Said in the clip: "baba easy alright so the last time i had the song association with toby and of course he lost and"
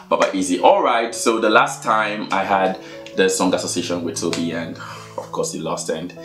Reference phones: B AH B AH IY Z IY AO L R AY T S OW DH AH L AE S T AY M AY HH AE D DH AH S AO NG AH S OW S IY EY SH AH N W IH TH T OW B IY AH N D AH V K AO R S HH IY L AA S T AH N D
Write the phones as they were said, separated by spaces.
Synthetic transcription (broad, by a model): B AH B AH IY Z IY AO L R AY T S OW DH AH L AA S T AY M AY HH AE D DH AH S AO NG AH S OW S IY EY SH AH N W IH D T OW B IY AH N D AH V K AO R S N L AA S T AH N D